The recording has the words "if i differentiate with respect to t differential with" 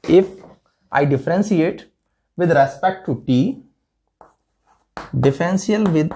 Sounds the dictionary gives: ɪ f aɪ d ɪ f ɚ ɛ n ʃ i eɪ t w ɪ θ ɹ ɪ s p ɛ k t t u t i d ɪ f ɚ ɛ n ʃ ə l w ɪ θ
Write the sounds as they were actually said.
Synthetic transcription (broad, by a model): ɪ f aɪ d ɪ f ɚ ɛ n s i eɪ t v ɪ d ɹ ɪ s p ɛ k t t u t i d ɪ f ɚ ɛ n s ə l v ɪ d